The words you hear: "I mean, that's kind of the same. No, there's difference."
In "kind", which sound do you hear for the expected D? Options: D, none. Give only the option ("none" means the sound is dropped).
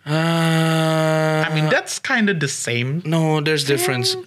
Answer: D